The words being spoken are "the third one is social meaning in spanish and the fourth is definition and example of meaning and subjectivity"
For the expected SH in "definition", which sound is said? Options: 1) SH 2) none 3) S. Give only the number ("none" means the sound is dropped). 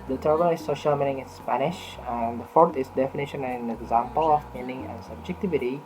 1